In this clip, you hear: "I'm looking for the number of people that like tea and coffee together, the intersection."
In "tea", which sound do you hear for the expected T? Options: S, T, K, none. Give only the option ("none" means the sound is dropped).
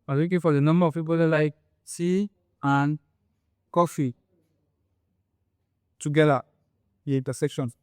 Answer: S